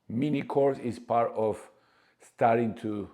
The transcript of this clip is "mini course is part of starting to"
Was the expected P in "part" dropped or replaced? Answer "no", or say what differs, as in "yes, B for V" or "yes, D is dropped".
no